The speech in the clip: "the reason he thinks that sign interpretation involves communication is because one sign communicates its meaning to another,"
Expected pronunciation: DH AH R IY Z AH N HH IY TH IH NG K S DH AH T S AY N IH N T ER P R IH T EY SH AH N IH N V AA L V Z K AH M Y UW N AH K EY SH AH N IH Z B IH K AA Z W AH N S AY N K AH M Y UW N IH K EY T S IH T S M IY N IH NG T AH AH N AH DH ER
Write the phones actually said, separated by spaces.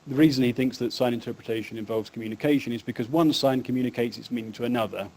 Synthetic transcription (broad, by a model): DH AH R IY Z AH N IY TH IH NG K S DH AH T S AY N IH N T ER P R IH T EY SH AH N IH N V AA L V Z K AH M Y UW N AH K EY SH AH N IH Z B IH K AA Z W AH N S AY N K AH M Y UW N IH K EY T S IH T S M IY N IH NG T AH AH N AH DH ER